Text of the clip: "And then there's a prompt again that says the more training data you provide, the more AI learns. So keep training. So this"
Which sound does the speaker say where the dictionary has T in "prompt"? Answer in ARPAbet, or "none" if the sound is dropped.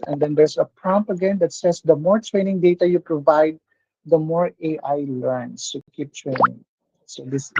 none